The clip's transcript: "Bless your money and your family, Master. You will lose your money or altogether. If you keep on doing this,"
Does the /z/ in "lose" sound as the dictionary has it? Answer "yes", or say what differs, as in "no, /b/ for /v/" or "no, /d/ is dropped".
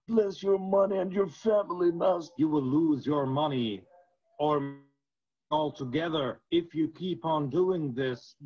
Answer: yes